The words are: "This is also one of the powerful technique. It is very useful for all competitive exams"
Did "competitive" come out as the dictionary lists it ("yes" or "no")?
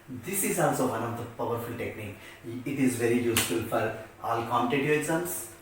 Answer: no